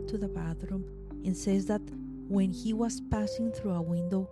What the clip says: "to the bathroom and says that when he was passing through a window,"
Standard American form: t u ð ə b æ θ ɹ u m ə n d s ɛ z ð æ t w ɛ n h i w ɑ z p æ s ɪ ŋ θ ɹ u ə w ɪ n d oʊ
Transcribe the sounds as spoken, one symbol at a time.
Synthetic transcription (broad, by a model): t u ð ə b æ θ ɹ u m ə n s ɛ z ð æ t w ɛ n h i w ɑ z p æ s ɪ ŋ θ ɹ u ə w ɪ n d oʊ